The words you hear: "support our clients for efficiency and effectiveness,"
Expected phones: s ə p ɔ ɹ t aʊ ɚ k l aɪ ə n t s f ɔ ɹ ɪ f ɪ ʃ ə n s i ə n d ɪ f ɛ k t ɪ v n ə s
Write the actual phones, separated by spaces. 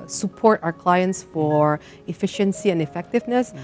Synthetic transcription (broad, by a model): s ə p ɔ ɹ t aʊ ɚ k l aɪ ə n t s f ɔ ɹ ɪ f ɪ ʃ ə n s i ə n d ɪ f ɛ k t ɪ v n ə s